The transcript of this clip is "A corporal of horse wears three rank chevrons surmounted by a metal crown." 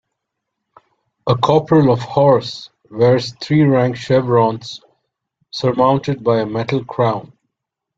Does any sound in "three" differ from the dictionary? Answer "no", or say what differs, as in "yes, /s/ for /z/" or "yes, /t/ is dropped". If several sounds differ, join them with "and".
yes, /t/ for /θ/